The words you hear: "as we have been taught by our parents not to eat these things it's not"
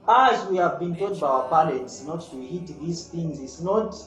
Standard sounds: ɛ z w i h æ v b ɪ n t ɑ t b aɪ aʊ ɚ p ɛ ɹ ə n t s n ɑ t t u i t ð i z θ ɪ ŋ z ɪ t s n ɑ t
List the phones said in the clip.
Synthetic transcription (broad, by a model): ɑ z w i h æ v b ɪ n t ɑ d b aɪ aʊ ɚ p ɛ l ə t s n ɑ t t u i t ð i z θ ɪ ŋ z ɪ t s n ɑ t